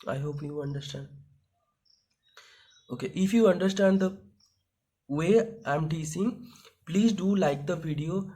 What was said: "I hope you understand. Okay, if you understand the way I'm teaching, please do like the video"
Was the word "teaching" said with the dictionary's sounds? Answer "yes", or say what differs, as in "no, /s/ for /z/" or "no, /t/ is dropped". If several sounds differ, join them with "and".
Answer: no, /s/ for /tʃ/